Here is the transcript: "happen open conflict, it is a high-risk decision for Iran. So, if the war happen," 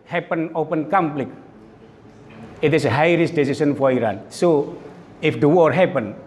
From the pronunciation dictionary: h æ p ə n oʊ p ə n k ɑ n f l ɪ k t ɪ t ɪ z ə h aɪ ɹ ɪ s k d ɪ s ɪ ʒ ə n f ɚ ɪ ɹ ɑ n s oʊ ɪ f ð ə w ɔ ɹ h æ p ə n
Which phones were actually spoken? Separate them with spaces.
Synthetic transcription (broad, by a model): h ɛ p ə n oʊ p ə n k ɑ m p l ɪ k ɪ t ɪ s ə h aɪ ɹ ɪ s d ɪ s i s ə n f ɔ ɪ ɹ ɑ n s oʊ ɪ f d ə w ɔ ɹ h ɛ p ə n